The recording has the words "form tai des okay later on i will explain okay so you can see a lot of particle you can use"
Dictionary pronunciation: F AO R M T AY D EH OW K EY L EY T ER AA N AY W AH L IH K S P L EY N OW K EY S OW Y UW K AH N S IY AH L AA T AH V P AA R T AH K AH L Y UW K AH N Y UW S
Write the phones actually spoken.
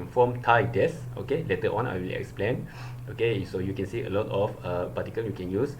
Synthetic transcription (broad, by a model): F AO M T AY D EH OW K EY L EY T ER AA N AY W AH L IH K S P L EY N OW K EY S OW Y UW K AH N S IY AH L AA T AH F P AA T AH K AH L Y UW K AH N Y UW S